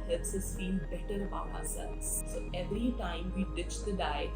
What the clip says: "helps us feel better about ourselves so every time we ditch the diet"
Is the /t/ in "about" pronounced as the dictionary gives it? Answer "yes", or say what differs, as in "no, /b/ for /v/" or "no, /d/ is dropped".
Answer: no, /t/ is dropped